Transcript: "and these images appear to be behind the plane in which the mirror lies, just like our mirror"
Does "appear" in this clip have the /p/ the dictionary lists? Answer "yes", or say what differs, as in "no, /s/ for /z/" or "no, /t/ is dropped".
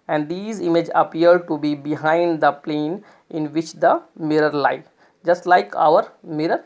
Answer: no, /p/ is dropped